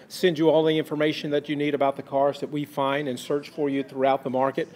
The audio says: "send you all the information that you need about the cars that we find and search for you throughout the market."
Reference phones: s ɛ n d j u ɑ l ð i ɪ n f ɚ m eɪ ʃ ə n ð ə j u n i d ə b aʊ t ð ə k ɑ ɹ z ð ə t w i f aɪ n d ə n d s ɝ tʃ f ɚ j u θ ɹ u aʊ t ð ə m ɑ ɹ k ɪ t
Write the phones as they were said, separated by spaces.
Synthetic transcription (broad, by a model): s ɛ n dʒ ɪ ɑ l ð i ɪ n f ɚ m eɪ ʃ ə n ð ə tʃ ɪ n i d ə b aʊ t ð ə k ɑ ɹ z ð ə t w i f aɪ n d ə n s ɝ tʃ f ɚ j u θ ɹ u aʊ t ð ə m ɑ ɹ k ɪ t